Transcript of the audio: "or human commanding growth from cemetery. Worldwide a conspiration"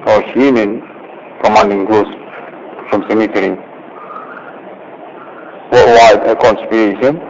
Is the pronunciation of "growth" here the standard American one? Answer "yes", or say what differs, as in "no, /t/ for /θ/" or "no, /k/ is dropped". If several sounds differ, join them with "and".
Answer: no, /s/ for /θ/